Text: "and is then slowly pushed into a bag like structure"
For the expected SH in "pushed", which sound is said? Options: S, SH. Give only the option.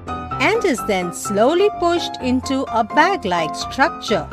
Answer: SH